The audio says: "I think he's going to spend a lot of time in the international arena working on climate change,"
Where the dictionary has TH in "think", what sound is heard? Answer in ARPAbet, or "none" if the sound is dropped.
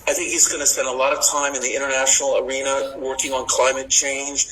TH